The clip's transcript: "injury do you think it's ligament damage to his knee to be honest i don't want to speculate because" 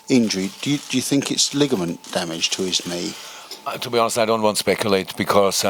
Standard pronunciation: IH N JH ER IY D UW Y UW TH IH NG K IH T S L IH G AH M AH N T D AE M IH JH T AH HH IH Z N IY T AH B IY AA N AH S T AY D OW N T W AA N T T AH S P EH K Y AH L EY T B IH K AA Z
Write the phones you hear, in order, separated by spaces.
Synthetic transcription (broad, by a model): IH N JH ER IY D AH Y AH TH IH NG K IH T S L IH G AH M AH N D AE M IH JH T AH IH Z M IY T AH B IY AA N AH S T AY D OW N T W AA N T T AH S P EH K Y AH L EY T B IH K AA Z